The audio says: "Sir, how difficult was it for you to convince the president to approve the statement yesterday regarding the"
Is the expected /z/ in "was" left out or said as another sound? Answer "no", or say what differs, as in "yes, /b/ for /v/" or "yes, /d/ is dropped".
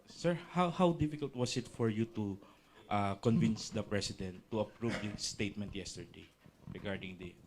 yes, /s/ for /z/